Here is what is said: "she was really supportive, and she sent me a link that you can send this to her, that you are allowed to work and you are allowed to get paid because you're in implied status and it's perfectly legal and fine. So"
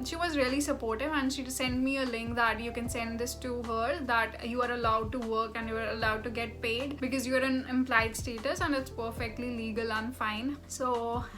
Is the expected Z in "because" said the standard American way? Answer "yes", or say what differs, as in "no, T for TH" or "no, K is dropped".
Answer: yes